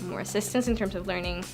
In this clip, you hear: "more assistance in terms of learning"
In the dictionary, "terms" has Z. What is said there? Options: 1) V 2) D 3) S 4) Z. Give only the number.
4